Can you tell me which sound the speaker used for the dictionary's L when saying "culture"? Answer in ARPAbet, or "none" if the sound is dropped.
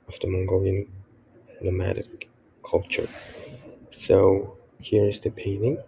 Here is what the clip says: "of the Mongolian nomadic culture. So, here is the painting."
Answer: L